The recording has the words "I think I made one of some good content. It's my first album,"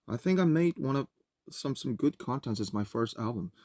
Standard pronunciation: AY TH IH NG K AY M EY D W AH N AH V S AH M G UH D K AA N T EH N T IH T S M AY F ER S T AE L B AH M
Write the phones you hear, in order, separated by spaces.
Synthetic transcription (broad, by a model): AY TH IH NG K AY M EY D W AH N AH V S AH M G UH D K AA N T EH N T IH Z M AY F ER S T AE L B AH M